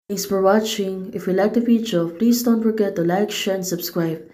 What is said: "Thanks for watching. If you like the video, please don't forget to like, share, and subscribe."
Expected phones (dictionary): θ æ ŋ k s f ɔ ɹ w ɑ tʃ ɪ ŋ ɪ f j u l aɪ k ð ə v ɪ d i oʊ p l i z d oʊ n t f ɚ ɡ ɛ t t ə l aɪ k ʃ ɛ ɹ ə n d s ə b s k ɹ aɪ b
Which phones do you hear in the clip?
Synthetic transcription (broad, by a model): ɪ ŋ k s f ɔ ɹ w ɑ tʃ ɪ ŋ ɪ f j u l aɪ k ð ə f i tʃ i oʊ p l i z d oʊ n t f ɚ ɡ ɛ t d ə l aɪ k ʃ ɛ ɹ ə n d s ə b s k ɹ aɪ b